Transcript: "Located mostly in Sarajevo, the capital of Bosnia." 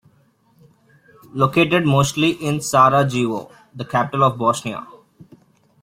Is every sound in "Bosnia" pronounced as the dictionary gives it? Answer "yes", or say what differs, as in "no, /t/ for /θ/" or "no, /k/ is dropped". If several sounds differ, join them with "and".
no, /s/ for /z/